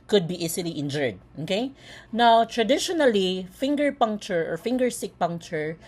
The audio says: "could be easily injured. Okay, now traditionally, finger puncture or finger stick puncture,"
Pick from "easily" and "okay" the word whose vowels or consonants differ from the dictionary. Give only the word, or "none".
easily